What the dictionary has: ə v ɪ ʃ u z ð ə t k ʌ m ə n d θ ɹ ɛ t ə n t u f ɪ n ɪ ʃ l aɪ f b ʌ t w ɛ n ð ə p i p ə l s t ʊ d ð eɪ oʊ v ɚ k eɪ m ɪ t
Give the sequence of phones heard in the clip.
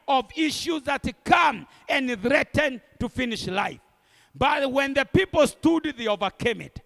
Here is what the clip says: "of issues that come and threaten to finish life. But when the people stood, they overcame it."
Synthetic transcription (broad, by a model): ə v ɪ ʃ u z ð ə t k ʌ m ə n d θ ɹ ɛ t ə n t u f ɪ n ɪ ʃ l aɪ f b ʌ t w ɛ n ð ə p i p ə l s t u d ð eɪ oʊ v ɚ k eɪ m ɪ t